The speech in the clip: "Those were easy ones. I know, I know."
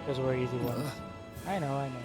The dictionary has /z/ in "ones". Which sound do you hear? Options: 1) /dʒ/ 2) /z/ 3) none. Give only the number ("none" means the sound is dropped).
3